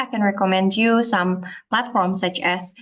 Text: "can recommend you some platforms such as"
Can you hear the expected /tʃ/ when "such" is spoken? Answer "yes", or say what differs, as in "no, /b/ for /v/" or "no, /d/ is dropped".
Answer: yes